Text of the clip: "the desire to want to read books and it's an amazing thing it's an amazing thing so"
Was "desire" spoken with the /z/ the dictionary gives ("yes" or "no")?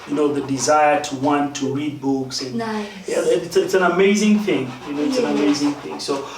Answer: yes